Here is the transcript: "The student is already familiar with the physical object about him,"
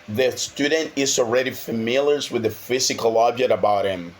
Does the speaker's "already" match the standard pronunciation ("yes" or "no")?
yes